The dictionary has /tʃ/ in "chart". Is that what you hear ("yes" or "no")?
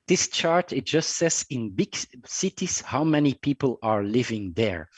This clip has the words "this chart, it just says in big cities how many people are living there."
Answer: yes